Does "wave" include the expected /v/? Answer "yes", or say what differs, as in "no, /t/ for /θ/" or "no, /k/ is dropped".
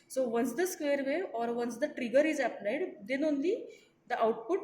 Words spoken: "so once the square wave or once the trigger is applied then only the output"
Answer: no, /v/ is dropped